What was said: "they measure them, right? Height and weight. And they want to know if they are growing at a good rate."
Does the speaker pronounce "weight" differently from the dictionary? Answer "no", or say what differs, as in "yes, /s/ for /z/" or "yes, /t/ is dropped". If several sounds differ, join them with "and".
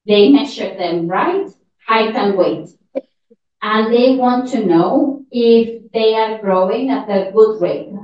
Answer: no